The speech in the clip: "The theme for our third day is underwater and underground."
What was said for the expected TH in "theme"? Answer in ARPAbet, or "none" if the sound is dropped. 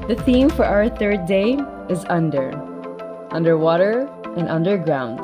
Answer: TH